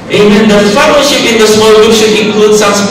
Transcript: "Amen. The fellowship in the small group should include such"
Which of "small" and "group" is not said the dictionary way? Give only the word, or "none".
group